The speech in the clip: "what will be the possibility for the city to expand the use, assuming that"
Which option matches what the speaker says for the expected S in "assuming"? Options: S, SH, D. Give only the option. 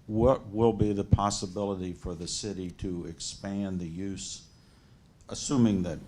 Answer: S